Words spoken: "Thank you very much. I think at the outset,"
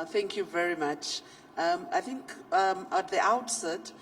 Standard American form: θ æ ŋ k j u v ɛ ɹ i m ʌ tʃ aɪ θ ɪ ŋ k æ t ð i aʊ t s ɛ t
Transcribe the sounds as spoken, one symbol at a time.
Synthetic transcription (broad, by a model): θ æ ŋ k j u v ɛ ɹ i m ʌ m aɪ θ ɪ ŋ k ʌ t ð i aʊ t s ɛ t